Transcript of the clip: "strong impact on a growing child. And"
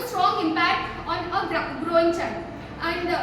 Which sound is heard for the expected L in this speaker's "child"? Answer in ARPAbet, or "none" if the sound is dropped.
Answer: N